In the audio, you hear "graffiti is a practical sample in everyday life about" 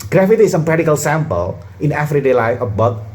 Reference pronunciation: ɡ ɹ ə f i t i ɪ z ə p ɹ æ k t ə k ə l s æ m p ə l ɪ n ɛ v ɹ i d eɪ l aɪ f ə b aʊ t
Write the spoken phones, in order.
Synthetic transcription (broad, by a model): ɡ ɹ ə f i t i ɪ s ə p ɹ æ t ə k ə l s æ m p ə l ɪ n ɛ f ɹ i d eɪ l aɪ f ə b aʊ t